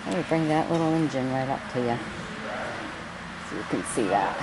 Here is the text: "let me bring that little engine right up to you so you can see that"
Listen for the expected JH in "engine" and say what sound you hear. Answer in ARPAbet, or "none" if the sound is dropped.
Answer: JH